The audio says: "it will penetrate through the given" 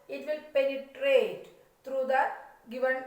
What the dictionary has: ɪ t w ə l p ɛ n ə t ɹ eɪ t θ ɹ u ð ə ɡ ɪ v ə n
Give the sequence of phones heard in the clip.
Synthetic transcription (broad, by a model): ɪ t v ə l p ɛ n ə t ɹ eɪ t t ɹ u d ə ɡ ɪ v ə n